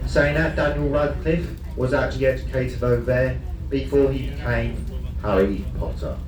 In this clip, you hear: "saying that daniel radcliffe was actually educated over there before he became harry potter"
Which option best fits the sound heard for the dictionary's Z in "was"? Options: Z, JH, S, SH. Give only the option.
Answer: Z